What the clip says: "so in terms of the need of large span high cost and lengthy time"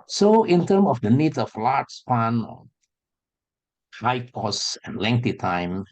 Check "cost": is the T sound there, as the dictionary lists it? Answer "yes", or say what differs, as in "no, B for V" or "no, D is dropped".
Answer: no, T is dropped